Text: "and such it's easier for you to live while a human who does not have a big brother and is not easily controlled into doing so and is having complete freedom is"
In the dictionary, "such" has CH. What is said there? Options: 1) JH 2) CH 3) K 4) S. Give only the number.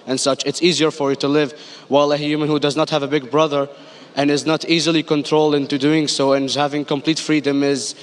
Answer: 2